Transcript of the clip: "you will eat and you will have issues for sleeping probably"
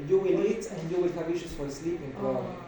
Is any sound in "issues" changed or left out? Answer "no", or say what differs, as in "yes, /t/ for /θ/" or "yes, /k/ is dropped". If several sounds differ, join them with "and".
yes, /s/ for /z/